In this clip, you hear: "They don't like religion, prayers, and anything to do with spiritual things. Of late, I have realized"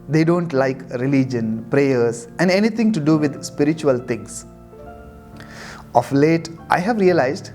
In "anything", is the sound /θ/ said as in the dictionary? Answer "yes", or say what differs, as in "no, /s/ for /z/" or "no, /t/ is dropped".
no, /t/ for /θ/